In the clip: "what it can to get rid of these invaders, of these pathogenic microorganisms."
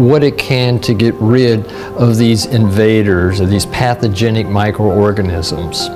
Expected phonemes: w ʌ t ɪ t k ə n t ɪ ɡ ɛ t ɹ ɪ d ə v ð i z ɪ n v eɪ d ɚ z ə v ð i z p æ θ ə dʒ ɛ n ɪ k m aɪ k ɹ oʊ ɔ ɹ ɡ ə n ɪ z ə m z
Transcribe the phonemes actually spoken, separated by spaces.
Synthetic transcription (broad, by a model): w ʌ t ɪ t k ə n t ɪ ɡ ɛ t ɹ ɪ d ə v ð i z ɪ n v eɪ d ɚ z ə v ð i z p æ θ ə dʒ ɛ n ɪ k m aɪ k ɹ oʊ ɔ ɹ ɡ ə n ɪ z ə m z